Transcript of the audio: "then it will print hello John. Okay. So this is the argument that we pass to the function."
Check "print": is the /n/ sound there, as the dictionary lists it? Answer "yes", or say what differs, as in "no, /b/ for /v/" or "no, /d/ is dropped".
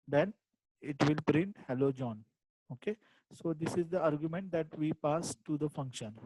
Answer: yes